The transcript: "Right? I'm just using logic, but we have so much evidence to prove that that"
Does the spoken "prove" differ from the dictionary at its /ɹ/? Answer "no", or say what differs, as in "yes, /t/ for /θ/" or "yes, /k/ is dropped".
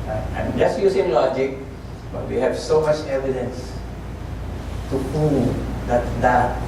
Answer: yes, /ɹ/ is dropped